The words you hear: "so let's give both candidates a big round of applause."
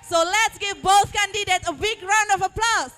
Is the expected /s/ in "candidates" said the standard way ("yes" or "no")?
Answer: no